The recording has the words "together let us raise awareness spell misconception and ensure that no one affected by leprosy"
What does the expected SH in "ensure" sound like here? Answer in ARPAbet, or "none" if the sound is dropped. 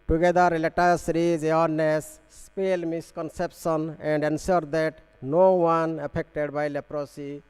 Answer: S